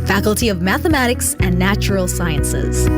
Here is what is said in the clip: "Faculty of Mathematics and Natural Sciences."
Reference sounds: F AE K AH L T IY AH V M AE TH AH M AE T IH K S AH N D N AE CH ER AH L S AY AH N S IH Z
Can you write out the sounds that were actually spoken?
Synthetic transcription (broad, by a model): F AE K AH L T IY AH V M AE TH AH M AE T IH K S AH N N AE CH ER L S AY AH N S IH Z